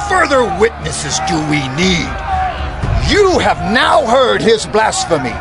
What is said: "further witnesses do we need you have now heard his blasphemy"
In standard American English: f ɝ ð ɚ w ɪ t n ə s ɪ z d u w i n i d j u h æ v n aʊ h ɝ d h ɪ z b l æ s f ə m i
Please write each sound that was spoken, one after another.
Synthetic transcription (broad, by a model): f ɝ ð ɚ w ɪ t n ə s ɪ z d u w i n i d j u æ v n aʊ h ɝ d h ɪ z b l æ s f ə m i